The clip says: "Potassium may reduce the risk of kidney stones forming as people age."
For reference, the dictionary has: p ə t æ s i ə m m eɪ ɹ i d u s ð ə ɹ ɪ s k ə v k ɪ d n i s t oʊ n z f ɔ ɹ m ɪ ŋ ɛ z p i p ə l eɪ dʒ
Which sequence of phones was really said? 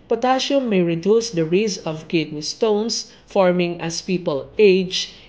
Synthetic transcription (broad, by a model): p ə t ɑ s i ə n m eɪ ɹ i d u s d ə ɹ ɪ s ə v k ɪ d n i s t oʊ n s f ɔ ɹ m ɪ ŋ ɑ s p i p ə l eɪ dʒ